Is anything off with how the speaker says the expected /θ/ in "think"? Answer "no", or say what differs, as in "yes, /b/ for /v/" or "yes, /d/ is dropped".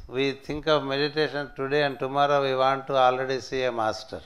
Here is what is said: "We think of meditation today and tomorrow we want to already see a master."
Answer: yes, /t/ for /θ/